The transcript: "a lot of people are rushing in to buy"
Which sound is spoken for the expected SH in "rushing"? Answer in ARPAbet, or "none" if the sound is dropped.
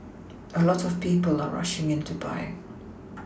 SH